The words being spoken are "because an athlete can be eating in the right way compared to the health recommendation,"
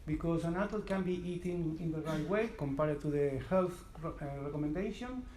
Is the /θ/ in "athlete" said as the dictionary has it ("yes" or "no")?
no